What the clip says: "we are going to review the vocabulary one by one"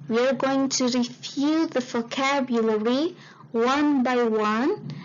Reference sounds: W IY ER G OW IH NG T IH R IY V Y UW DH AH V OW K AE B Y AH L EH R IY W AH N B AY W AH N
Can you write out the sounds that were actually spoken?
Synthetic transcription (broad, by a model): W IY ER G OW IH NG T IH R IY F Y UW DH AH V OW K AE B Y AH L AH R IY W AH N B AY W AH N